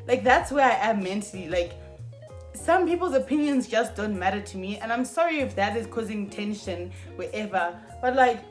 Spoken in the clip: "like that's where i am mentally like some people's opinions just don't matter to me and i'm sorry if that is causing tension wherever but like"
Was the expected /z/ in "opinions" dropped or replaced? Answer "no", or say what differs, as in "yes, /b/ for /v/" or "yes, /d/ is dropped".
no